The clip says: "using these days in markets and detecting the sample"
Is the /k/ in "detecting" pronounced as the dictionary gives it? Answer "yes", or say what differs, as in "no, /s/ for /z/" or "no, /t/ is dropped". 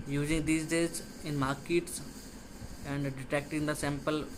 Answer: yes